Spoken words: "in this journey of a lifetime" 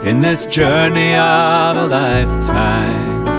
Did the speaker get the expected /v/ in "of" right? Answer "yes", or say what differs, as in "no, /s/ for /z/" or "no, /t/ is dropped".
yes